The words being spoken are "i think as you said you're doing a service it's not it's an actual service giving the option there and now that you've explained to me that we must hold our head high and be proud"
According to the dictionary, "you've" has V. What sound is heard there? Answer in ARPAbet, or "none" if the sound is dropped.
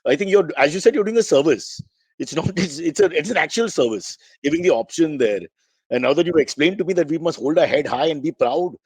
none